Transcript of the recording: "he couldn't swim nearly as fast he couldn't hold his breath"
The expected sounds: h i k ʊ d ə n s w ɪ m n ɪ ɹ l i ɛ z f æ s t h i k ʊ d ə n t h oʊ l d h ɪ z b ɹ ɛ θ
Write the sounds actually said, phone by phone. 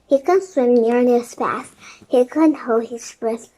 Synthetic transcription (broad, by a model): h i k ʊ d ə n s w ɪ m n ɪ ɹ n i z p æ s h i k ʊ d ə n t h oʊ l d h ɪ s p ɹ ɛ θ